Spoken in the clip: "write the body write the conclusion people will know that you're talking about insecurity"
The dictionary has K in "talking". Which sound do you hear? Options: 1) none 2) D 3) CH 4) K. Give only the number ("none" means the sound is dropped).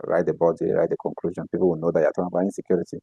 1